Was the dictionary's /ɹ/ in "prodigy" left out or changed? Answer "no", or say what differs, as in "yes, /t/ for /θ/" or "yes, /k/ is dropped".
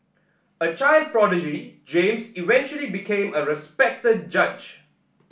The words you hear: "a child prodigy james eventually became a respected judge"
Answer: no